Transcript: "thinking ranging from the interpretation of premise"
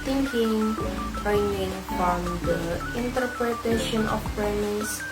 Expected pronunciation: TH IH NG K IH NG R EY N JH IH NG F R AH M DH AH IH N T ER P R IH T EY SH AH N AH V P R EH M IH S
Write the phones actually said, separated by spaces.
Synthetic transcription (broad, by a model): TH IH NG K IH NG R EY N IH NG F R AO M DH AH IH N T ER P R IH T EY SH AH N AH F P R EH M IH S